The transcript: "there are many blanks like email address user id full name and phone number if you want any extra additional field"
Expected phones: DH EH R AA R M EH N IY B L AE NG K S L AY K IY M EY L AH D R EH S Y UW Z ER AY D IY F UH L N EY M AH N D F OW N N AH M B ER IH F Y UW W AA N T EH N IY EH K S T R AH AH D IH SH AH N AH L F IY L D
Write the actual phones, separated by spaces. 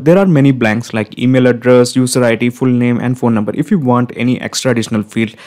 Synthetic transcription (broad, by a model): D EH R AA R M EH N IY B L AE NG K S L AY K IY M EY L AH D R EH S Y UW S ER AY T IY F UH L N EY M AH N D F OW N N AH M B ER IH F Y UW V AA N T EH N IY EH K S T R AH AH D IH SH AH N AH L F IY L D